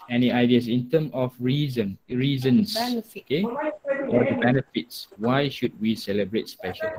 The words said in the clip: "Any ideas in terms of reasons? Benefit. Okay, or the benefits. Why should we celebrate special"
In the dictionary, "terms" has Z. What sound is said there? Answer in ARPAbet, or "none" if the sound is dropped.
none